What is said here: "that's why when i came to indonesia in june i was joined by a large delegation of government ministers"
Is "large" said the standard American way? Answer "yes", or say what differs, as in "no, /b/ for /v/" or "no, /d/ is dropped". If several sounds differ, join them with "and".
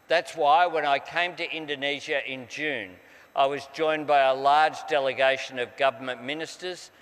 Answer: yes